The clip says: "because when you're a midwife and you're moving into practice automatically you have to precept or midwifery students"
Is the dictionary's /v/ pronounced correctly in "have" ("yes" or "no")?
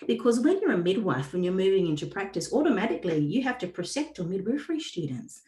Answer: no